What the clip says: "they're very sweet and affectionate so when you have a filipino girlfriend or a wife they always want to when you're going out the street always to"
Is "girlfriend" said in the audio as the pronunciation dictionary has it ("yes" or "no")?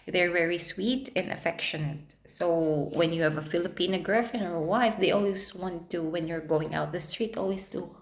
no